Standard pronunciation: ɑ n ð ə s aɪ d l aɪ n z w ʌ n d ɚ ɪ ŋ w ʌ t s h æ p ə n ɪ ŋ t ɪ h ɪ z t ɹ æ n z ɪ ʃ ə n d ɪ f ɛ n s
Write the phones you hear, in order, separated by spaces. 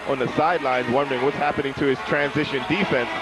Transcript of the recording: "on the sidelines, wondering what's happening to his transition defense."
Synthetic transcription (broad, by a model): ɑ n ð ə s aɪ d l aɪ n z w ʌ n d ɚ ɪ ŋ w ʌ t s h æ p ə n ɪ ŋ t ɪ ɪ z t ɹ æ n z ɪ ʃ ə n d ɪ f ɛ n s